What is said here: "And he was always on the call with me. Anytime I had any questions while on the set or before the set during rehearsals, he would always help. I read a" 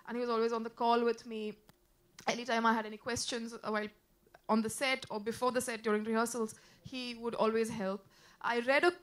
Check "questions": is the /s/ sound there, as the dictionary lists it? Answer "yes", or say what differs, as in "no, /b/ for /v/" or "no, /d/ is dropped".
yes